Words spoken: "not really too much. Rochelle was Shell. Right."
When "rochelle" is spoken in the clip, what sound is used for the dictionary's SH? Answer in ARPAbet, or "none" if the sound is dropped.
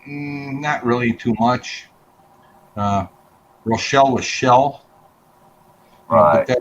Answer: SH